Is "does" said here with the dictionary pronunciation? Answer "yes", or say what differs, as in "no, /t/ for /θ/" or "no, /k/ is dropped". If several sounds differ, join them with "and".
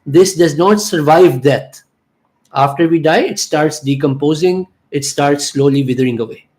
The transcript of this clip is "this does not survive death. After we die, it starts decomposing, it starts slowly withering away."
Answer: yes